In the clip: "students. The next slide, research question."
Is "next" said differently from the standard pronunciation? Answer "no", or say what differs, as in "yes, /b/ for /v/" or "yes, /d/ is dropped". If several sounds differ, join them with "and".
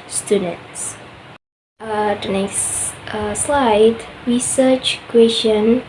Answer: yes, /k/ is dropped